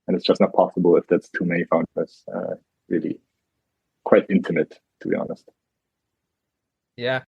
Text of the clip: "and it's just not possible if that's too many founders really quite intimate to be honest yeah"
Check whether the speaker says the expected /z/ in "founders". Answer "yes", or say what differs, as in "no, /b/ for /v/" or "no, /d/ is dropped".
no, /z/ is dropped